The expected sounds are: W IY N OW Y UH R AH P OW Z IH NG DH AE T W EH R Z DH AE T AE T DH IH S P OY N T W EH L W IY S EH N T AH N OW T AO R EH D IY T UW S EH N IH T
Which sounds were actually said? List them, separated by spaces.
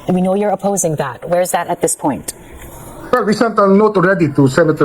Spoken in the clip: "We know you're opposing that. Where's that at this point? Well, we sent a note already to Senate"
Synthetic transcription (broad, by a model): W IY N OW Y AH R AH P OW Z IH NG DH AE T W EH R Z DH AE T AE T DH IH S P OY N T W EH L W IY S EH N T AH N OW T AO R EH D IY T UW S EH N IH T